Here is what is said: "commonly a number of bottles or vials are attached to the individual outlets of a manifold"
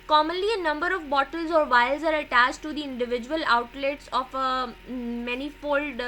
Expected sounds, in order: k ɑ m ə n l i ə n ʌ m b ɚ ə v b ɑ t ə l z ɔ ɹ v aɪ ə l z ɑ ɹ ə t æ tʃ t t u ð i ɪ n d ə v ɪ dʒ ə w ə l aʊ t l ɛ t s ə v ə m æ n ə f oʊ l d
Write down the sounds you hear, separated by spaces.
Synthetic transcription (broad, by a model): k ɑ m ə n l i ə n ʌ m b ɚ ə v b ɑ t ə l z ɔ ɹ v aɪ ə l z ɑ ɹ ə t æ tʃ t t u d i ɪ n d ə v ɪ dʒ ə ə l aʊ t l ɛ t s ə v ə m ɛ n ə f oʊ l d